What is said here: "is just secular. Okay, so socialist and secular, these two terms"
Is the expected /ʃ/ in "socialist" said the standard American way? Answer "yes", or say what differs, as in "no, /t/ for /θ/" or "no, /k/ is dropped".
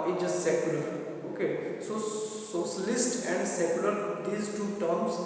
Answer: no, /s/ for /ʃ/